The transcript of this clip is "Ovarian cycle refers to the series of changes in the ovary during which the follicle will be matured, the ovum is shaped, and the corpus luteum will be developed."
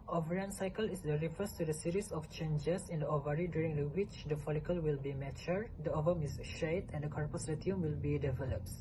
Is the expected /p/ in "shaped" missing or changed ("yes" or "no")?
yes